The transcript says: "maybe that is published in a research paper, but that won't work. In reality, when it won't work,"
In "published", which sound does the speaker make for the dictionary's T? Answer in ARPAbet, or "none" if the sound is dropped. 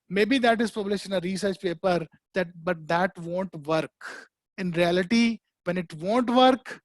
none